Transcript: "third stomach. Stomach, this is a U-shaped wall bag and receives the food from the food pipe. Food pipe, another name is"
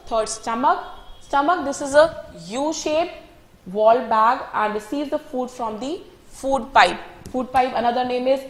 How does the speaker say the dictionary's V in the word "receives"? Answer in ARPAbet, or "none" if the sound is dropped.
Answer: none